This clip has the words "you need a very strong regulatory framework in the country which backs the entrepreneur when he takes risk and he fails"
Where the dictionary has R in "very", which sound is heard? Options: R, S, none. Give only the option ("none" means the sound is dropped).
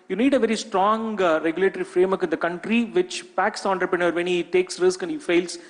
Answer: R